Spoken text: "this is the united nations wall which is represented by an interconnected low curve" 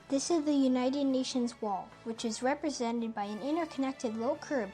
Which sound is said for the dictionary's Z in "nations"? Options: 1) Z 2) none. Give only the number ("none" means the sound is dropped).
1